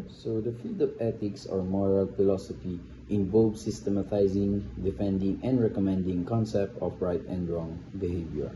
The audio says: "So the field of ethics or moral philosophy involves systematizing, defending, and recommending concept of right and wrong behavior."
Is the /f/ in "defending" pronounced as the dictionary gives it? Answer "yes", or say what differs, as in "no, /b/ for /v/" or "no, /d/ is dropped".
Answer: yes